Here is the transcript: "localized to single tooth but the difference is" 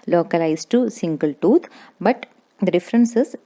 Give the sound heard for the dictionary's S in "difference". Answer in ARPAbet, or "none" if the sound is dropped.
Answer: S